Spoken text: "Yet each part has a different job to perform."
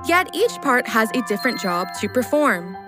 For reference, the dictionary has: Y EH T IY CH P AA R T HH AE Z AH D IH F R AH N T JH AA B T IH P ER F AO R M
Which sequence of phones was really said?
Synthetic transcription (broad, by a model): Y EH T IY CH P AA R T HH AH Z AH D IH F R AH N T JH AA B T IH P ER F AO R M